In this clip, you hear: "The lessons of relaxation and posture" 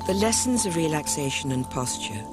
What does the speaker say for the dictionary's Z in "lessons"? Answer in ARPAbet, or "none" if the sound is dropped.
Z